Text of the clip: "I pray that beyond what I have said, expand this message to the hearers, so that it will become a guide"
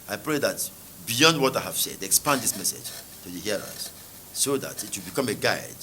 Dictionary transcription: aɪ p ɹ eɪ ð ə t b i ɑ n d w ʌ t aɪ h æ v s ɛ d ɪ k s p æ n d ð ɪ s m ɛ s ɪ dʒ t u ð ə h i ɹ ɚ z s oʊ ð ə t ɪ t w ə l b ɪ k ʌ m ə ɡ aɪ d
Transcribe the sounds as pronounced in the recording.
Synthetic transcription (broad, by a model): aɪ p ɹ eɪ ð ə t b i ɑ n d w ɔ t aɪ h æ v s ɛ d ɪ k s p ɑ n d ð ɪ s m ɛ s ɪ dʒ t u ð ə h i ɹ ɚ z s oʊ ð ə t ɪ t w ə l b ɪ k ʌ m ə ɡ aɪ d